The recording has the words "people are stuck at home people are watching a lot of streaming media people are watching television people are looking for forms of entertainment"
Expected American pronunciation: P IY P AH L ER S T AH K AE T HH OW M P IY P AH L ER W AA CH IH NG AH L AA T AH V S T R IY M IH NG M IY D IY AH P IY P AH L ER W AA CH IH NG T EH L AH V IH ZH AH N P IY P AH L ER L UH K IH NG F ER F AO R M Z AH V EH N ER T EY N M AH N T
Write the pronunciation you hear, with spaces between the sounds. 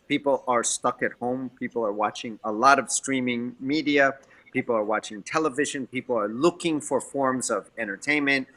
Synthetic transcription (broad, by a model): P IY P L ER S T AH K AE T HH OW M P IY P L ER W AA CH IH NG AH L AA T AH V S T R IY M IH NG M IY D IY AH P IY P L ER W AA CH IH NG T EH L AH V IH ZH AH N P IY P L ER L UH K IH NG F ER F AO R M Z AH V EH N ER T EY N M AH N T